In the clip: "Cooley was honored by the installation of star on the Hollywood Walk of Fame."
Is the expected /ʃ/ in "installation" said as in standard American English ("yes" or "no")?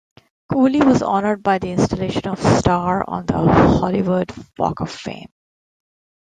yes